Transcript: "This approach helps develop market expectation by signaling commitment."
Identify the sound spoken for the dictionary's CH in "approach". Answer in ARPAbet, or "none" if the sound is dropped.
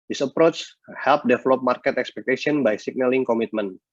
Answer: CH